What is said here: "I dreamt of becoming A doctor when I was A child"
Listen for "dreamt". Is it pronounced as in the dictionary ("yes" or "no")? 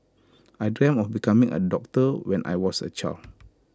no